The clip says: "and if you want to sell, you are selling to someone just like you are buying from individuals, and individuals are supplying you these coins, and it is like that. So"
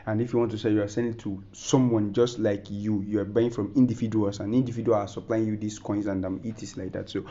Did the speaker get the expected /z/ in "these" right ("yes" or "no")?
no